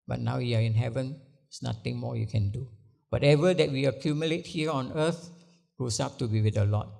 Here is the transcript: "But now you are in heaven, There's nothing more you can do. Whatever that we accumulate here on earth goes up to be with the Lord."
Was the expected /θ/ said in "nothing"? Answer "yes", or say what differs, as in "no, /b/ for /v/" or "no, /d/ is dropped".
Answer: no, /t/ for /θ/